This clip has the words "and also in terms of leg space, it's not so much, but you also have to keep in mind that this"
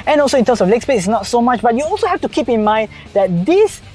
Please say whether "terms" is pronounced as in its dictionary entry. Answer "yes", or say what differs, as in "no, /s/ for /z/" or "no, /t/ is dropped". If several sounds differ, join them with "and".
no, /s/ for /z/